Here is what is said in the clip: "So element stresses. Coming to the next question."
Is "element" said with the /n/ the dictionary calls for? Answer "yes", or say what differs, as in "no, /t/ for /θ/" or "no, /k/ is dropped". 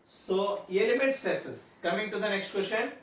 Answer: no, /n/ is dropped